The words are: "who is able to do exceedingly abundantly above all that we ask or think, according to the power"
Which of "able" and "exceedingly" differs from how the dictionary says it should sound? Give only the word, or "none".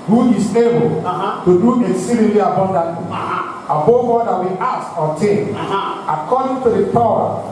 exceedingly